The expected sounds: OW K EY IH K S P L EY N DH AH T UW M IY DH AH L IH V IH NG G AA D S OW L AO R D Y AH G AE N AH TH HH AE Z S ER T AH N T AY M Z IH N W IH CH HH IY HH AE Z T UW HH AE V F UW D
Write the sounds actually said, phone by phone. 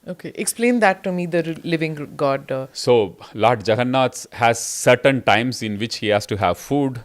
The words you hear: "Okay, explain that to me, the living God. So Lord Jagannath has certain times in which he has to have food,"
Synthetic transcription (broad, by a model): OW K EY IH K S P L EY N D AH T UW M IY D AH L IH V IH NG G AA D S OW L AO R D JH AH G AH N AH S HH AE Z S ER T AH N T AY M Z IH N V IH CH HH IY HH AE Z T UW HH AE V F UW D